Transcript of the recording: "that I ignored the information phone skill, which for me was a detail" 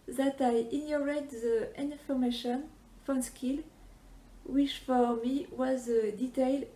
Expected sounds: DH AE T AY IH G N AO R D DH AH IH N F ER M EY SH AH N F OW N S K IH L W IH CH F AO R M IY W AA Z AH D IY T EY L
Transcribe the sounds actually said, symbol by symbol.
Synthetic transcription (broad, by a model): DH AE T AY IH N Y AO R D DH AH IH N F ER M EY SH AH N F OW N S K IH L W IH CH F AO R M IY W AA Z AH D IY T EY L